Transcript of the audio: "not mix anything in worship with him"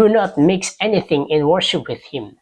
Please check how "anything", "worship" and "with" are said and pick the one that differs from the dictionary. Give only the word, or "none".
none